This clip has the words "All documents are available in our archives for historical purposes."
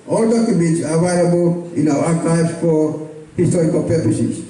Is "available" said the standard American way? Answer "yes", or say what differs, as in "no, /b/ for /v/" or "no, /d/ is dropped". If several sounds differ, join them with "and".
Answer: no, /v/ is dropped